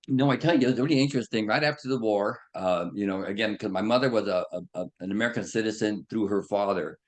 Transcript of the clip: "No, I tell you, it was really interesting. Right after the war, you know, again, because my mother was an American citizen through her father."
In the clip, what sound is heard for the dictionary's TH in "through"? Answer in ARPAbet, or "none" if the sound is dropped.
TH